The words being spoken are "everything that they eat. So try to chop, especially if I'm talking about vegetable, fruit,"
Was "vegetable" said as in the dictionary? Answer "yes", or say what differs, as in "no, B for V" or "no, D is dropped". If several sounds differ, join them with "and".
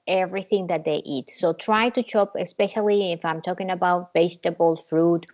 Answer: no, B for V